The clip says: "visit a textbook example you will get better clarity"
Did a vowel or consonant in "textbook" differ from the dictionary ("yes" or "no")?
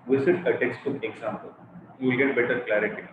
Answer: yes